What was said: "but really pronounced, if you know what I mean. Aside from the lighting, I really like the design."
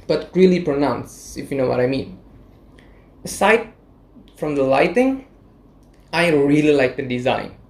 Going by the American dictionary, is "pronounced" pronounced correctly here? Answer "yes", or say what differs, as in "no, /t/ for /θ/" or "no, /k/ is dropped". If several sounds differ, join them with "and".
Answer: no, /t/ is dropped